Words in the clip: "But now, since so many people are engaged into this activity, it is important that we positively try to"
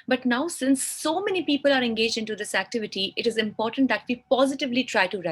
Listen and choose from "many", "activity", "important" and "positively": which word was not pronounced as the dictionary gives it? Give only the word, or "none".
none